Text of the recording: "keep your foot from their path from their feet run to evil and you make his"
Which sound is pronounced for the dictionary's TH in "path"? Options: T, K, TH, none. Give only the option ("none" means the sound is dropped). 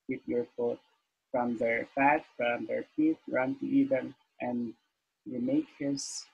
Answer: T